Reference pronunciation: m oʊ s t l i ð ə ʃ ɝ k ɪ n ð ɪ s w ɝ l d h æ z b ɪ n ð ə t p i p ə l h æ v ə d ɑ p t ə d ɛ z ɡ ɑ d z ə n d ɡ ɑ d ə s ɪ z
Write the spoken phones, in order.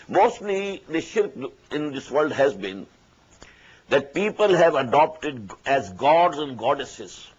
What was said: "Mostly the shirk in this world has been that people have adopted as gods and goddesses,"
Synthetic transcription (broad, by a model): m oʊ s t l i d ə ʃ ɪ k ɪ n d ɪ s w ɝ l d h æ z b ɪ n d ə t p i p ə l h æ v ə d ɑ p t ə d ɛ z ɡ ɑ d z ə n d ɡ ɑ d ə s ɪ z